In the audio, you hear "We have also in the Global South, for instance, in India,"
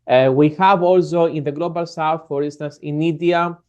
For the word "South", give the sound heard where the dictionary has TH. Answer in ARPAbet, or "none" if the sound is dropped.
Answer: F